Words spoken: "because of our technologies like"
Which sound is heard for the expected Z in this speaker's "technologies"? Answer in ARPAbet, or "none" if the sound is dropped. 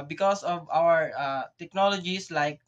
S